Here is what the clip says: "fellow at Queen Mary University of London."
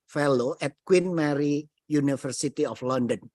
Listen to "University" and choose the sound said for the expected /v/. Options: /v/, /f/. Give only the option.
/f/